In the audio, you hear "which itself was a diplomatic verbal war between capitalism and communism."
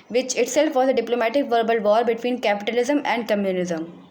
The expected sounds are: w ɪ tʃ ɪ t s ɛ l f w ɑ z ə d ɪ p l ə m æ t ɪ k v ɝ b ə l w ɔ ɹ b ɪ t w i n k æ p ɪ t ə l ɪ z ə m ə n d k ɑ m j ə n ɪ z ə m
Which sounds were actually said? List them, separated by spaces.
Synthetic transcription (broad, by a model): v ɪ tʃ ɪ t s ɛ l f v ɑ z ə d ɪ p l ə m æ t ɪ k v ɝ b ə l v ɔ ɹ b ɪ t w i n k æ p ɪ t ə l ɪ z ə m ə n d k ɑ m j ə n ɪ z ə m